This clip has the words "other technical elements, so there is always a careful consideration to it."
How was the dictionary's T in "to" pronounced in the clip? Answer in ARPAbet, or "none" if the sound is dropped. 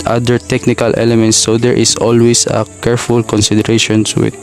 S